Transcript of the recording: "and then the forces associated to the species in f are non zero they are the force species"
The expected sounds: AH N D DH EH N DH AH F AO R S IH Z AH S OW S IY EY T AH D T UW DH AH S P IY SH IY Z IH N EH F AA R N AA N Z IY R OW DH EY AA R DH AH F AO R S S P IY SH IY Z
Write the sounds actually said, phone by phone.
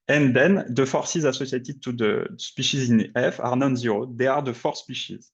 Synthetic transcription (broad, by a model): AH N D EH N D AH F AO R S IH Z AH S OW S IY T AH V T UW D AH S P IY SH IY Z IH N EH F AA R N AA N Z IY R OW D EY AA R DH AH F AO R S S P IY SH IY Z